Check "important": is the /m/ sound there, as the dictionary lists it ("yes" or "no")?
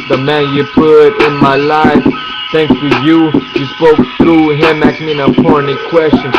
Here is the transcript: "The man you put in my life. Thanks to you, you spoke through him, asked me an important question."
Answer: no